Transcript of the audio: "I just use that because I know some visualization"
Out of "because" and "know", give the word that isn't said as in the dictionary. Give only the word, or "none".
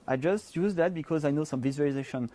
none